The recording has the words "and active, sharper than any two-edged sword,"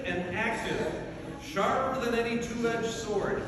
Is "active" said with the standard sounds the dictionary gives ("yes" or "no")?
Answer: no